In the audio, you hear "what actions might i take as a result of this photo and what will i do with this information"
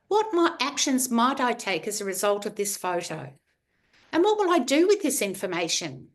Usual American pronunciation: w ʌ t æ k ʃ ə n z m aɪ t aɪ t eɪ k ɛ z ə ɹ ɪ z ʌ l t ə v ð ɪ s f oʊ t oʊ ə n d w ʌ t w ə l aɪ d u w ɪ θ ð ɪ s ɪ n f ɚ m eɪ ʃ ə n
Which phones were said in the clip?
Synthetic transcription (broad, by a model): w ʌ t æ k ʃ ə n z m aɪ t aɪ t eɪ k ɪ z ə ɹ ɪ z ʌ l t ə v ð ɪ s f oʊ t oʊ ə n w ʌ t w ə l aɪ d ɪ w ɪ ð ɪ s ɪ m f ɚ m eɪ ʃ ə n